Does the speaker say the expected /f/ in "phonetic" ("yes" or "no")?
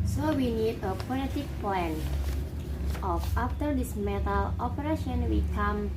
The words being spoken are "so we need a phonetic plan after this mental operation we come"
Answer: no